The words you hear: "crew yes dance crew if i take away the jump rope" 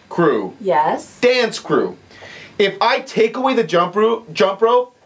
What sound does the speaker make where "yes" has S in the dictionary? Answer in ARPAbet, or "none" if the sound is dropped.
S